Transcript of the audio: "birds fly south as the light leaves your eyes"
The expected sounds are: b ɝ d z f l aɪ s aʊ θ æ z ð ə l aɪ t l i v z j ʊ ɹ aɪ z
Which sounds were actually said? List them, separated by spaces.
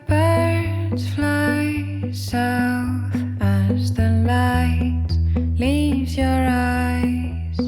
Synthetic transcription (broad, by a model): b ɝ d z f l aɪ s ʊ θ æ z ð ə l aɪ t l i v z j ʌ ɹ aɪ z